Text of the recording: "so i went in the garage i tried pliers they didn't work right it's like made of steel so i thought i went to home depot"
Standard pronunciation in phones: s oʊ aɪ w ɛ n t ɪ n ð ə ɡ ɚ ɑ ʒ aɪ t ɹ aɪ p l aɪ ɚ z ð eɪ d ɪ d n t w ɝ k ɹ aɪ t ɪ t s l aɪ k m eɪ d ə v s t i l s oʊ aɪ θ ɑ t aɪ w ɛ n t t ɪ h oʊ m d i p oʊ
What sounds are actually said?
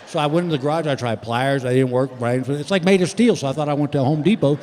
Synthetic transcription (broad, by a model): s oʊ aɪ w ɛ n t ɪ ð ə ɡ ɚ ɑ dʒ aɪ t ɹ aɪ p l aɪ ɚ z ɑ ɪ d ɪ d n t w ɝ k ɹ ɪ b ɪ t s l aɪ k m eɪ d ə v s t i l s oʊ aɪ θ ɑ t aɪ w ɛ n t t ɪ h oʊ m d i p oʊ